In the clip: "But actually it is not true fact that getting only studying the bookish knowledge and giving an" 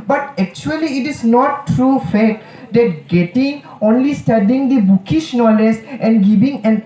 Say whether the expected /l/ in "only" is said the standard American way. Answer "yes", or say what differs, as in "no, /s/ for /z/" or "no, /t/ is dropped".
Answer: yes